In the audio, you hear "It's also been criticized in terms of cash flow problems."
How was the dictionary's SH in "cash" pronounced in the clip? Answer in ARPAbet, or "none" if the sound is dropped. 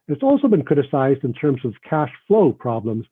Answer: SH